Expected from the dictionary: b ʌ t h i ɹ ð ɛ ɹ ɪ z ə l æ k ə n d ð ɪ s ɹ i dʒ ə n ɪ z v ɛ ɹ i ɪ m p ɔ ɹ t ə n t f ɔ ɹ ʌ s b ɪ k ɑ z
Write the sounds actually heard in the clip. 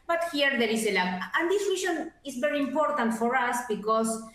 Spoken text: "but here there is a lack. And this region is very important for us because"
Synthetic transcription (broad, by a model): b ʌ t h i ɹ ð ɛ ɹ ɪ s ə l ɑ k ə n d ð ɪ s w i ʃ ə n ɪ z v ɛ ɹ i ɪ m p ɔ ɹ t ə n t f ɔ ɹ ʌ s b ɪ k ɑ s